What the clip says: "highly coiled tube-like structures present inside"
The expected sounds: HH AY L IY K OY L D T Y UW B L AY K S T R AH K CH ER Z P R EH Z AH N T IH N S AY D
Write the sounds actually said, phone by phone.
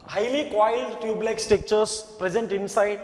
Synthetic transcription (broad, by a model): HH AY L IY K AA L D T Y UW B L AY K S T EH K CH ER S P R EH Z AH N T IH N S AY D